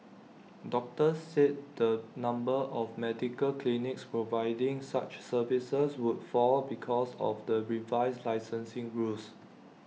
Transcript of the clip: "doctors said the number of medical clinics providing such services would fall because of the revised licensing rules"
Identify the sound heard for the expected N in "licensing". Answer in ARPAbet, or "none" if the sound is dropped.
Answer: N